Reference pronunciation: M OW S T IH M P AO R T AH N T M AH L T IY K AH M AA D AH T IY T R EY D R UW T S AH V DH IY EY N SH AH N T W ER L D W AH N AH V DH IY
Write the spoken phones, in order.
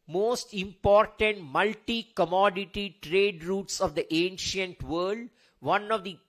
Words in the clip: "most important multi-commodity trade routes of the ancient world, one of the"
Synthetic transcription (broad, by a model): M OW S T IH M P AO R T AH N T M AH L T IY K AH M AA D AH T IY T R EY D R UW T S AH V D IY EY N SH AH N T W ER L D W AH N AH V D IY